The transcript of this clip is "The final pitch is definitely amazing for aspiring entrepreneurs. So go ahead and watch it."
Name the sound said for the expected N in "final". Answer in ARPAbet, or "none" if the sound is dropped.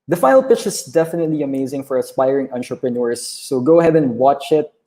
none